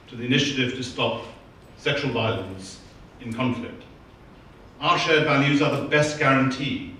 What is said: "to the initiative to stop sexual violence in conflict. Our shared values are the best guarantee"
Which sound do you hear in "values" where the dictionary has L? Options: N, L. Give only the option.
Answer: N